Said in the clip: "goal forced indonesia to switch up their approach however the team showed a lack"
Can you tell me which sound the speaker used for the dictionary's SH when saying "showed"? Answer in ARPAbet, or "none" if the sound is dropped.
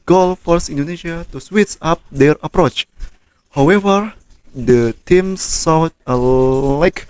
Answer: S